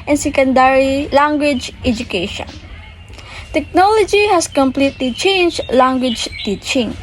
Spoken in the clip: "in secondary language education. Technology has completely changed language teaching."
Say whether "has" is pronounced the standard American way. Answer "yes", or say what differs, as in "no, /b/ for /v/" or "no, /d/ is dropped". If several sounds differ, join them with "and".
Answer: no, /s/ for /z/